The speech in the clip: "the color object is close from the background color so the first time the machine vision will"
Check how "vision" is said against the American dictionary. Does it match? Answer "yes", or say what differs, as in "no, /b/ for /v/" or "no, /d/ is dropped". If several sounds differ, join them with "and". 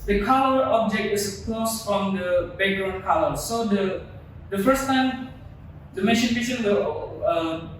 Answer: no, /ʃ/ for /ʒ/